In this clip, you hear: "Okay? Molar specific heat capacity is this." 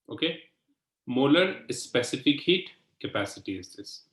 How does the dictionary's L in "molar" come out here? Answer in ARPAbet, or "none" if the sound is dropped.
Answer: L